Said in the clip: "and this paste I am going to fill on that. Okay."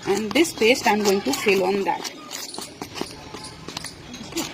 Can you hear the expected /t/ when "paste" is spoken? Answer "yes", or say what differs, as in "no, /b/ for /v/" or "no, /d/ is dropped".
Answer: yes